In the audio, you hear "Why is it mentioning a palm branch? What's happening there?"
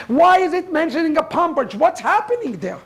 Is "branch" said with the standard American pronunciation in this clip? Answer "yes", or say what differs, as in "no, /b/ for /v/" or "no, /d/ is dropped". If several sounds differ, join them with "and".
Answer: no, /n/ is dropped